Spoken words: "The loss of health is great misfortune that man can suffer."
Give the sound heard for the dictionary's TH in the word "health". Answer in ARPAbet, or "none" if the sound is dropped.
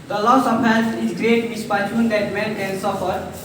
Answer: T